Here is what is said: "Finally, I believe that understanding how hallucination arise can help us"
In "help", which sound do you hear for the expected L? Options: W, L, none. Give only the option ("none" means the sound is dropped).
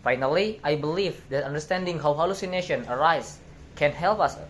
L